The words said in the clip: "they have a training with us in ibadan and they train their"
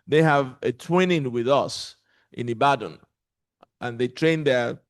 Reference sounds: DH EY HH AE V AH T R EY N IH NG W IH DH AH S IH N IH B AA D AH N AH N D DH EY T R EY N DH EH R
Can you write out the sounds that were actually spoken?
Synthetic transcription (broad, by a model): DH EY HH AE V AH T W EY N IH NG W IH DH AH S IH N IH B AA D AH N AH N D DH EY T R EY N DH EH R